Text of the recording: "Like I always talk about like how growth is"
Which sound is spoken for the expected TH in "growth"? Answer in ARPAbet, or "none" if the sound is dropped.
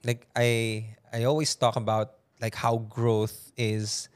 TH